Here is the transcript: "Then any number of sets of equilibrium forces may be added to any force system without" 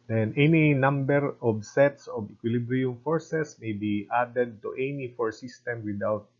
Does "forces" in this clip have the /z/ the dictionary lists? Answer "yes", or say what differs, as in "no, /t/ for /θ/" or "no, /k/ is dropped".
no, /s/ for /z/